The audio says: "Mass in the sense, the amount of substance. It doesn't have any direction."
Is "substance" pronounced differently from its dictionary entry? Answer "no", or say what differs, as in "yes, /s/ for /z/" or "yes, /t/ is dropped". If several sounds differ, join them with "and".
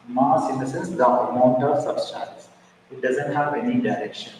yes, /b/ is dropped and /l/ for /n/